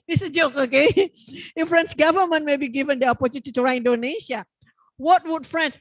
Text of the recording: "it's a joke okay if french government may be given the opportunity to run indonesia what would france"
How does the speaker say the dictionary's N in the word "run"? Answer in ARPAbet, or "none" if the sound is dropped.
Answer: none